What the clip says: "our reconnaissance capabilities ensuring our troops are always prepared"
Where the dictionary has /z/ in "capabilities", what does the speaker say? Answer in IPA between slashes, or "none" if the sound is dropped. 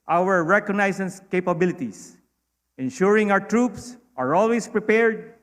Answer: /s/